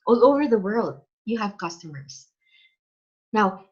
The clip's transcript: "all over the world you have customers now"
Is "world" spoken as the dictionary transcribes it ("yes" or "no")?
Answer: yes